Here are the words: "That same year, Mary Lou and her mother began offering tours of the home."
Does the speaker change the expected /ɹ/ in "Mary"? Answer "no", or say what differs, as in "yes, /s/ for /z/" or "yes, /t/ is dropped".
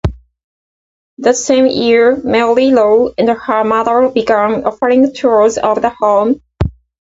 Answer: yes, /l/ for /ɹ/